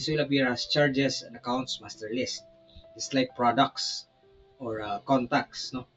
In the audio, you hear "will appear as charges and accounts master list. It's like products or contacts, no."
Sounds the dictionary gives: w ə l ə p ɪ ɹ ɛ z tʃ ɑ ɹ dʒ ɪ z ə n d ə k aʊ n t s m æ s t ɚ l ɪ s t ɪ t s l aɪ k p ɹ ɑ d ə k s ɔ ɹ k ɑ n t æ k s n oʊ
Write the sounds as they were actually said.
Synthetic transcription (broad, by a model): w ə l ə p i ɹ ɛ s tʃ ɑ ɹ dʒ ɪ s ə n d ə k aʊ n t s m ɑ s t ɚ l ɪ s t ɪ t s l aɪ k p ɹ ɑ d ə k s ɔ ɹ k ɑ n t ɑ k s n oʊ